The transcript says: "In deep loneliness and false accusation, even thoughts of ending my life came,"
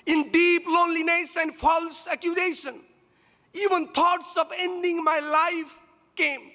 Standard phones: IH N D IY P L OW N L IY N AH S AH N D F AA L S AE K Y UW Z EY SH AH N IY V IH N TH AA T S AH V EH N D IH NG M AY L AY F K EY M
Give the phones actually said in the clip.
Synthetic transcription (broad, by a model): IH N D IY P L OW N L IY N AH S AH N D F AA L S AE K Y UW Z EY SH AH N IY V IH N T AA T S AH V EH N D IH NG M AY L AY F K EY M